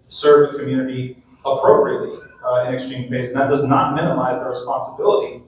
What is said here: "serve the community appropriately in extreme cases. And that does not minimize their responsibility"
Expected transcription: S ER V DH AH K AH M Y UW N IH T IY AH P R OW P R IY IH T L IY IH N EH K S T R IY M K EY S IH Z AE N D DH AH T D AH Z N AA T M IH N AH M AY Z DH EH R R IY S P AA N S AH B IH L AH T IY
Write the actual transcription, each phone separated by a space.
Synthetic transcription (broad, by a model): S ER V DH AH K AH M Y UW N IH T IY AH P R OW P R IY IH T L IY IH N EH K S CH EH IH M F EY IH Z N DH AH T D AH Z N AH T M IH N AH M AY Z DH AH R R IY S P AA N S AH B IH L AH T IY